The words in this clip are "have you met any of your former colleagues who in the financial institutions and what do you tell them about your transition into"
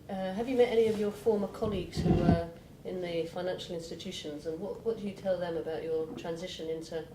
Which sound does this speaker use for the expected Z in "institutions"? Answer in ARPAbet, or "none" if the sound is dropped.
Z